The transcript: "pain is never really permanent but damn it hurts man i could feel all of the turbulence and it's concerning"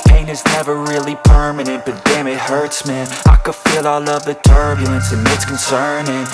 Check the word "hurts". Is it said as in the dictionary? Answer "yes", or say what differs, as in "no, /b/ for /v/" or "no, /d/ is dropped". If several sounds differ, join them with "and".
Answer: yes